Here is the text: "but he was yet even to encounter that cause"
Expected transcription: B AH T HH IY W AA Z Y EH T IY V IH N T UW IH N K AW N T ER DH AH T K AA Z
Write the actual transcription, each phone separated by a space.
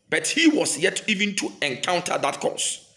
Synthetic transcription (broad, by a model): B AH T HH IY W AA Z Y EH T IY V IH N T UW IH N K AW N T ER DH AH T K AA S